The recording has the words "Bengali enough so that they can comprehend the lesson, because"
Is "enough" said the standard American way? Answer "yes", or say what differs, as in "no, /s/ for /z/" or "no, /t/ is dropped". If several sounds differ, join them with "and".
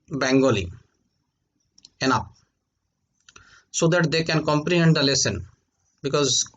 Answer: no, /p/ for /f/